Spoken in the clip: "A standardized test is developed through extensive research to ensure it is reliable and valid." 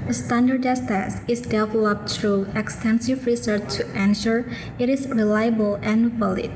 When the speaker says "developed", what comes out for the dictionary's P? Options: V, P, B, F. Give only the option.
P